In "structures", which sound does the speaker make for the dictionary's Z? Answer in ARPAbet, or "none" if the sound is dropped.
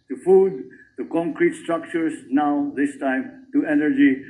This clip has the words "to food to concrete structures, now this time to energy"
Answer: S